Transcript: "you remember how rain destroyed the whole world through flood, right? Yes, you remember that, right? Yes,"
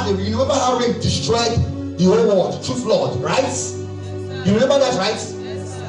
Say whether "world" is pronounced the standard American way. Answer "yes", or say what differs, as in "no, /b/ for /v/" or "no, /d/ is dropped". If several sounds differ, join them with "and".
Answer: no, /l/ is dropped